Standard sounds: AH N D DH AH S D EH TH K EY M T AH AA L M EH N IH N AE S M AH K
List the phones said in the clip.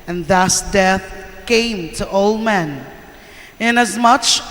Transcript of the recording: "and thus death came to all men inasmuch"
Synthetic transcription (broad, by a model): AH N DH AH S D EH TH K EY M T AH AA L M EH N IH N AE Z M AH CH